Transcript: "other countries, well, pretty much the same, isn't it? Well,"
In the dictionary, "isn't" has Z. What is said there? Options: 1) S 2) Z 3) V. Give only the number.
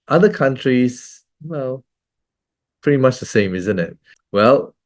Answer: 2